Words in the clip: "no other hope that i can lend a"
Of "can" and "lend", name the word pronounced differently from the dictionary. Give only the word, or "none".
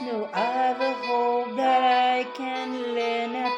lend